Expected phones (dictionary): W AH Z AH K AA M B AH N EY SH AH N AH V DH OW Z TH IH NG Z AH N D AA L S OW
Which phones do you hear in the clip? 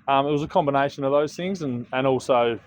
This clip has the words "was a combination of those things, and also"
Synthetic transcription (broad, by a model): W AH Z AH K AA M B AH N EY SH AH N AH V DH OW Z TH IH NG Z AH N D AA L S OW